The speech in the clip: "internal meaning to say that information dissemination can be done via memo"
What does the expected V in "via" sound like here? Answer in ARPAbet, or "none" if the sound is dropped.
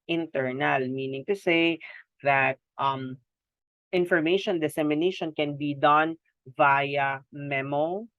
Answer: V